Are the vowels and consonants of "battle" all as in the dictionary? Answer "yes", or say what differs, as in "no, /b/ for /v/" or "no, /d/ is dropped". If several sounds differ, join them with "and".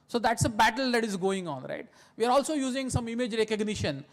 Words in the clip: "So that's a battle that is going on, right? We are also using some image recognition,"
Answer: yes